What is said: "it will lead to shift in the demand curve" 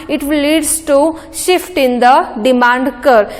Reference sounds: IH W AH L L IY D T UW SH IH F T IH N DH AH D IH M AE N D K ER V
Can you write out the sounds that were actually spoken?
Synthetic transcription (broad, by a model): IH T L L IY D T UW SH IH F T IH N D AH D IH M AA N D K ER